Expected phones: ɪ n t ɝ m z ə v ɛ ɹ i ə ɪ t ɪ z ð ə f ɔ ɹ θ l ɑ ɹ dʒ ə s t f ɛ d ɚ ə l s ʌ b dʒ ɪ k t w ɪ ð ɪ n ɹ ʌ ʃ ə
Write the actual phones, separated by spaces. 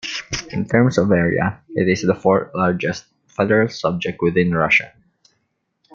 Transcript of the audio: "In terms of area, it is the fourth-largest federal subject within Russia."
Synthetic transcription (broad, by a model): ɪ n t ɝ m s ə v ɛ ɹ i ə ɪ t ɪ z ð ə f ɔ ɹ t l ɑ ɹ dʒ ə s t f ɛ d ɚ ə l s ʌ b dʒ ɪ k t w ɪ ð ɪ n ɹ ʌ ʃ ə